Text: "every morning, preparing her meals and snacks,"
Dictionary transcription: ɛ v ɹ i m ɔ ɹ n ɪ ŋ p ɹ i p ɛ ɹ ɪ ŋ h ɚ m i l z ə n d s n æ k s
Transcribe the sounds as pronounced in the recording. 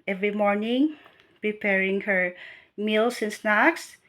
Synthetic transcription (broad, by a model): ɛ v ɹ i m ɔ ɹ n ɪ ŋ p ɹ i p ɛ ɹ ɪ ŋ h ɚ m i l s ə n s n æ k s